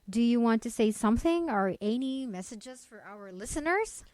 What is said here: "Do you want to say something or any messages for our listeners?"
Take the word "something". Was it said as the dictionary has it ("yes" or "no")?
yes